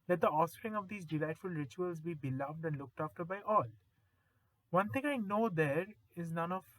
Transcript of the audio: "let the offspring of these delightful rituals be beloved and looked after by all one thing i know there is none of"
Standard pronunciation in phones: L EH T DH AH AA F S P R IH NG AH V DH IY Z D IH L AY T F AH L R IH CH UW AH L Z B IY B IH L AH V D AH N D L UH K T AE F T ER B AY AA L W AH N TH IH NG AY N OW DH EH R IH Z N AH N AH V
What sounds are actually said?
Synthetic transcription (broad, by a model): L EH T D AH AA F S P R IH NG AH V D IY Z D IH L AY T F AH L R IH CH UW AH L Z B IY B IH L AH V D AH N D L UH K T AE F T ER B AY AA L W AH N T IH NG AY N OW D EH R IH Z N AH N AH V